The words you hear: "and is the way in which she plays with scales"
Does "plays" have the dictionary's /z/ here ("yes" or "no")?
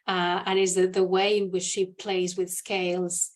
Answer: yes